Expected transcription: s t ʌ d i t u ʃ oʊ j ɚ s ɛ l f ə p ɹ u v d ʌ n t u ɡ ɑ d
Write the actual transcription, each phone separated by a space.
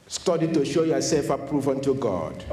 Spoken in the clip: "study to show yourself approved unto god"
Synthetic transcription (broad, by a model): s t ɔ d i t u ʃ oʊ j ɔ s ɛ l f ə p ɹ u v ʌ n t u ɡ ɑ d